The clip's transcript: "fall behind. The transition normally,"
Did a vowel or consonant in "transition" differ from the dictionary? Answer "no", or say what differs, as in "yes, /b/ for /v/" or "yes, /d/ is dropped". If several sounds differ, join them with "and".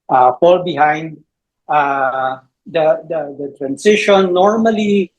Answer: yes, /s/ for /z/